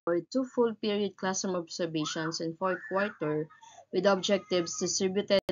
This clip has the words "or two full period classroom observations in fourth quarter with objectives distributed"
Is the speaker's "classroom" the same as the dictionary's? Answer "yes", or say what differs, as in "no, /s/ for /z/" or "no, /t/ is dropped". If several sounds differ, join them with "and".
no, /ɹ/ is dropped